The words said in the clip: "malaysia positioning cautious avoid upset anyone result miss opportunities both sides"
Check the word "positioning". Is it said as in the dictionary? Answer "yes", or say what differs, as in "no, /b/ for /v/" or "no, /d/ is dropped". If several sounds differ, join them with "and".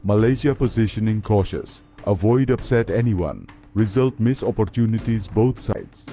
yes